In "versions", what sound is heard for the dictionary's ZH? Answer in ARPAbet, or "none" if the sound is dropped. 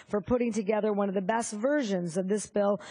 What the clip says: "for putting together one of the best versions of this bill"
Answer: ZH